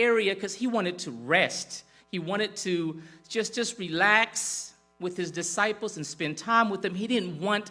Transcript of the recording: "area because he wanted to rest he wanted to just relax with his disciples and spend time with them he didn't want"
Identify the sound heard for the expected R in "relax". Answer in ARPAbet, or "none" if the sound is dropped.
R